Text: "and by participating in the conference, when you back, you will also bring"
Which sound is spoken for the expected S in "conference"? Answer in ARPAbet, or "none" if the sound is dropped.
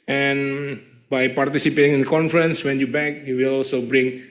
S